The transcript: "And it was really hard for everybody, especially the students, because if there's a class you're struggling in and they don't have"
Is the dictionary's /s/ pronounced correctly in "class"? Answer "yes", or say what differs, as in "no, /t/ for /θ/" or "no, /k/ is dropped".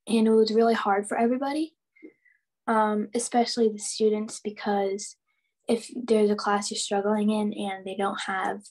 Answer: yes